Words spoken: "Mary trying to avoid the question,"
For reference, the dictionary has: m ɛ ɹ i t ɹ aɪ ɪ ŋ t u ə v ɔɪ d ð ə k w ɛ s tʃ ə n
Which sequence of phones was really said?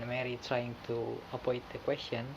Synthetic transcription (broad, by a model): m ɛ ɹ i t ɹ aɪ ɪ ŋ t u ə p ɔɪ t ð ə k w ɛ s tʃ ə n